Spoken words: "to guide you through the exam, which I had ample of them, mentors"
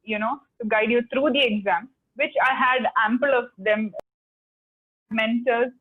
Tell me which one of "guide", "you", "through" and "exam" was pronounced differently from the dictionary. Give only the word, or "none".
through